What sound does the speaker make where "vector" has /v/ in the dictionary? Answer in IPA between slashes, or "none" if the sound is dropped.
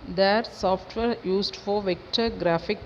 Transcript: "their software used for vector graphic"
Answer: /v/